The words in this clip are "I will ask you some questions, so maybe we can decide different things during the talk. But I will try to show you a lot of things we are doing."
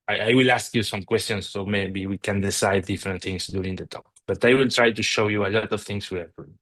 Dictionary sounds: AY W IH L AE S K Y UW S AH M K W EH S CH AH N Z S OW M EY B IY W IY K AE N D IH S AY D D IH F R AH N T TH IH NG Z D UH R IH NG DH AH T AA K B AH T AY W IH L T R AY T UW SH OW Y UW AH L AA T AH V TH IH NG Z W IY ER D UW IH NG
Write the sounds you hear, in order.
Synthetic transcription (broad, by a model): AY W IH L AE S K Y UW S AH M K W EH S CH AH N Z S OW M EY B IY W IY K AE N D IH S AY D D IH F R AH N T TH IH NG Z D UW IH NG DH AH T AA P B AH T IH W IH L T R AY T UW SH OW Y UW AH L AA T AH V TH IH NG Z W IY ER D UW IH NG